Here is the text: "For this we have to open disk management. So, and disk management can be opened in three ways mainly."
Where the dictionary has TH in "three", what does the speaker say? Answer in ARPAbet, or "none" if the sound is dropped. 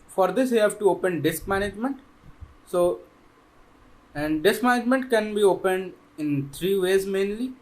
T